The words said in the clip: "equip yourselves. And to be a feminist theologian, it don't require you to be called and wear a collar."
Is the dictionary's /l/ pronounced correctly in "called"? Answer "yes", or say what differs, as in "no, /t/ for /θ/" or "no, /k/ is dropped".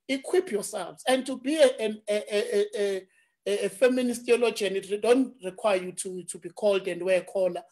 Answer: yes